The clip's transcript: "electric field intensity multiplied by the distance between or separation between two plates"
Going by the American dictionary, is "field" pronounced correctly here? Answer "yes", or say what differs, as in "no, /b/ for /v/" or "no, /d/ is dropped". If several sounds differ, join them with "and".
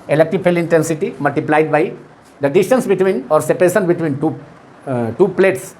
no, /d/ is dropped